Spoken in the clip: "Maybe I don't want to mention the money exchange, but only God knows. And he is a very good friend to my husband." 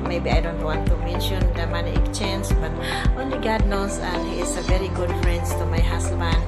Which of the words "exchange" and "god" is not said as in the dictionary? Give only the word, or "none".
exchange